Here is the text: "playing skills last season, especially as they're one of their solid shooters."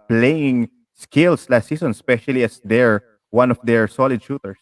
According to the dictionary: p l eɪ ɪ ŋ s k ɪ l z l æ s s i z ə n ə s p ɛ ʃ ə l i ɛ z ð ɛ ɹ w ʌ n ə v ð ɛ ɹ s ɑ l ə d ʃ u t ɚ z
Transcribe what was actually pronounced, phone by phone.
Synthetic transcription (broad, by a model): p l eɪ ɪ ŋ s k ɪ l s l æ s s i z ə n s p ɛ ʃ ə l i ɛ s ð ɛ ɹ w ʌ n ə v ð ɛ ɹ s ɑ l ə d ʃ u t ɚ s